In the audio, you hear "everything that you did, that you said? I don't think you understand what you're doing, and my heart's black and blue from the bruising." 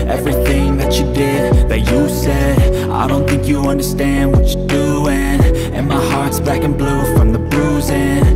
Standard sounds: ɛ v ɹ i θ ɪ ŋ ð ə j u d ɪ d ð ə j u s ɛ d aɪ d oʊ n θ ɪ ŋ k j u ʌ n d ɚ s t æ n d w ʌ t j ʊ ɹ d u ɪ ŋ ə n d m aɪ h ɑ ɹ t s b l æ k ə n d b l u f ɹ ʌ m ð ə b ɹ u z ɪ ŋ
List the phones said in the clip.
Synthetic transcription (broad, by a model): ɛ v ɹ i θ ɪ ŋ ð ə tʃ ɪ d ɪ d ð ə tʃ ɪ s ɛ d aɪ d oʊ n θ ɪ ŋ k j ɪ ʌ n d ɚ s t æ n d w ʌ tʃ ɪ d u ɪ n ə n m aɪ h ɑ ɹ t s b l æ k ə n b l u f ɹ ʌ m ð ə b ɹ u z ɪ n